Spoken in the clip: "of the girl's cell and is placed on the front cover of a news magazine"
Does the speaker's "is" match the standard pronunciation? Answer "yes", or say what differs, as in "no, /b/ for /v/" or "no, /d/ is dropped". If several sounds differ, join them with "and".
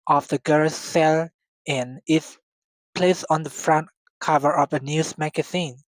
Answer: no, /s/ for /z/